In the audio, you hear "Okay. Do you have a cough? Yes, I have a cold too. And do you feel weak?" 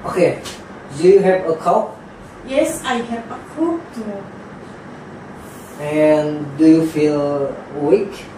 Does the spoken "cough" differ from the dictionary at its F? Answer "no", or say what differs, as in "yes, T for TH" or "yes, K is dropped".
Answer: yes, P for F